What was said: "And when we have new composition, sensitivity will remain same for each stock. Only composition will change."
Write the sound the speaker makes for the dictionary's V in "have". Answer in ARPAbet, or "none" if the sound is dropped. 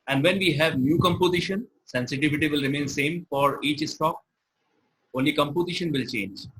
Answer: V